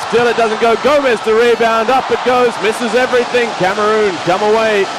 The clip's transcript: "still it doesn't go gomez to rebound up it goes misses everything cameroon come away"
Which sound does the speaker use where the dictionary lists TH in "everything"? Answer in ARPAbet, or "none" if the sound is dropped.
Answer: TH